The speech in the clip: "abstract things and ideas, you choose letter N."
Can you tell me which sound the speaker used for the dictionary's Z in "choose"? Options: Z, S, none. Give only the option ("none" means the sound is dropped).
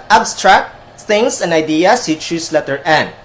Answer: S